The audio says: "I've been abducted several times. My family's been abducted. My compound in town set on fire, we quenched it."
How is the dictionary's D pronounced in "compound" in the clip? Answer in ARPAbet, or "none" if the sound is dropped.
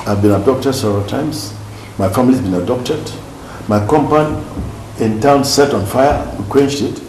none